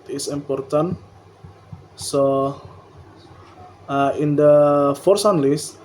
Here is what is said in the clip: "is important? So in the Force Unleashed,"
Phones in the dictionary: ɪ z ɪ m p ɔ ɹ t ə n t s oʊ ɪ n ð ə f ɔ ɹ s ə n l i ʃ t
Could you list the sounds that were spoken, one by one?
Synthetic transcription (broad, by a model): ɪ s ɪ m p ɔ ɹ t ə n s oʊ ɪ n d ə f ɔ ɹ s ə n l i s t